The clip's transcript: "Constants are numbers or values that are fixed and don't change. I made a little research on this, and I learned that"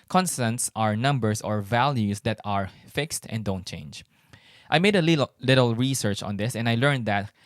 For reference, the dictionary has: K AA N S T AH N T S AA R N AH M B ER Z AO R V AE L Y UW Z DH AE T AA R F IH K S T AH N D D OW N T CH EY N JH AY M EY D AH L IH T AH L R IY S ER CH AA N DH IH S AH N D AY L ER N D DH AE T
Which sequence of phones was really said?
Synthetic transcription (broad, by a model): K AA N S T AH N T S AA R N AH M B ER S AO R V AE L Y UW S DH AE T AA R F IH K S T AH N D D OW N T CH EY N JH AY M EY D AH L IH T AH L R IY S ER CH AA N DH IH S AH N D AY L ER N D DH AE T